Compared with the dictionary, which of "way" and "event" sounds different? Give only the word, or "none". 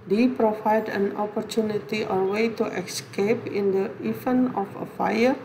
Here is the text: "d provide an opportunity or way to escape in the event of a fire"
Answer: event